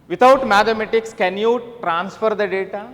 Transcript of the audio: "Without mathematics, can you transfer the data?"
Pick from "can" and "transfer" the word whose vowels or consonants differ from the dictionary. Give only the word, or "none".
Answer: none